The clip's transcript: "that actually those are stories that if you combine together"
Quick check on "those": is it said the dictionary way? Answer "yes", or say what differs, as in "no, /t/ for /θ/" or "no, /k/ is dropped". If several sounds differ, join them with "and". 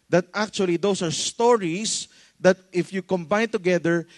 no, /s/ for /z/